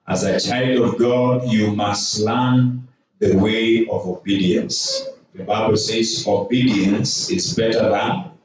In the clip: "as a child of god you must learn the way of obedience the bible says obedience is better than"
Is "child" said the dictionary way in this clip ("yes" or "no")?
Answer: yes